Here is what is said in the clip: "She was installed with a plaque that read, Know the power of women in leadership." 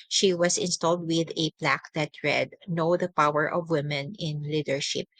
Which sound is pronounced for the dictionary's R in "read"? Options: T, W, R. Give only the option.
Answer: R